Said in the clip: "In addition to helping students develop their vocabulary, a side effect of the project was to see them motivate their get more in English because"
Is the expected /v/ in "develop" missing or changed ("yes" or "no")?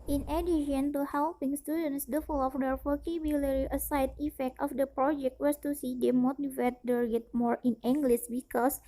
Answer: yes